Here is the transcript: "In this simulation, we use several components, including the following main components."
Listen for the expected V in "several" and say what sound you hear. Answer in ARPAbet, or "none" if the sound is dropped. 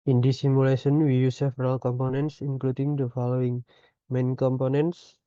F